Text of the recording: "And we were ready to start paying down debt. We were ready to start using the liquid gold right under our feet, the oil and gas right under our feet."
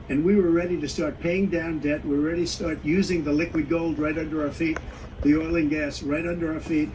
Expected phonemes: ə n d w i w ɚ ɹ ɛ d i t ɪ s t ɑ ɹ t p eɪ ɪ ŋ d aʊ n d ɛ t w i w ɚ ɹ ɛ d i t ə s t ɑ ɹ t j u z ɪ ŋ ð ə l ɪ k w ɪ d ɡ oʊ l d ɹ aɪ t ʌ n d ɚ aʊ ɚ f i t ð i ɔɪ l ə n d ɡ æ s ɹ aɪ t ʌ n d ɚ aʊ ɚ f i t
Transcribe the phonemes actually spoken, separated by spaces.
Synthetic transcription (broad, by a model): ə n w i w ɚ ɹ ɛ d i t ɪ s t ɑ ɹ t p eɪ ɪ ŋ d aʊ n d ɛ t w i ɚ ɹ ɛ d i s t ɑ ɹ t j u z ɪ ŋ ð ə l ɪ k w ɪ d ɡ oʊ l d ɹ aɪ t ʌ n d ɚ aʊ ɚ f i t ð i ɔɪ l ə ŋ ɡ æ s ɹ aɪ t ʌ n d ɚ aʊ ɚ f i t